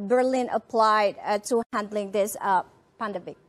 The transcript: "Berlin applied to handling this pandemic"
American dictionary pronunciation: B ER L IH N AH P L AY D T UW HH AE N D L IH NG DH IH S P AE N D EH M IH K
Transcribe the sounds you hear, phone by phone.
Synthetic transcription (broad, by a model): B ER L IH N AH P L AY D T UW HH AE N D L IH NG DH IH S P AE N D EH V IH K